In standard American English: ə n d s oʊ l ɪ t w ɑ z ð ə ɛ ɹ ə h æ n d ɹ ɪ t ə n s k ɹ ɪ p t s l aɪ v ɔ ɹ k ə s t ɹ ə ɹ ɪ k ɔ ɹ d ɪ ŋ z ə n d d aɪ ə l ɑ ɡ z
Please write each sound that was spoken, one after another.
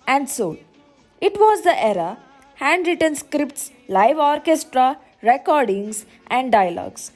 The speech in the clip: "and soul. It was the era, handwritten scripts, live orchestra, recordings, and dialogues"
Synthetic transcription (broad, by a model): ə n d s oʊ ɪ t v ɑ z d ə ɛ ɹ ə h æ n d ɹ ɪ t ə n s k ɹ ɪ p t s l aɪ v ɔ ɹ k ə s t ɹ ə ɹ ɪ k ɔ ɹ d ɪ ŋ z ə n d d aɪ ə l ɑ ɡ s